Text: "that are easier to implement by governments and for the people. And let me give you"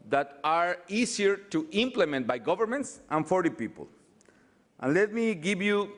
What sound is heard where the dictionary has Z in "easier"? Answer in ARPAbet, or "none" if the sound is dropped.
S